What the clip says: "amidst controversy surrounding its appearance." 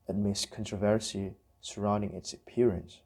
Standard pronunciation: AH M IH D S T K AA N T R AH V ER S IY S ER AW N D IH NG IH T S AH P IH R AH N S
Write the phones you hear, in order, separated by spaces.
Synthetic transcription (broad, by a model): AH M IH S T K AA N T R AH V ER S IY S ER AW N D IH NG IH T S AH P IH R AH N S